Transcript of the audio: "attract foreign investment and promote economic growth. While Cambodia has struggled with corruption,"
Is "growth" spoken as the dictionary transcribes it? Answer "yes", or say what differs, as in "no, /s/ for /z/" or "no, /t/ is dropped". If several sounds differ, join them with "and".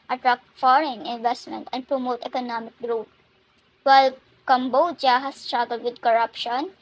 no, /t/ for /θ/